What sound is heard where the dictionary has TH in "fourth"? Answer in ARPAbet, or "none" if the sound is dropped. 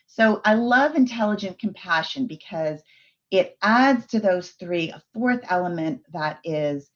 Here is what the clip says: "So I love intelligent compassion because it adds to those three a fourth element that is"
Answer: TH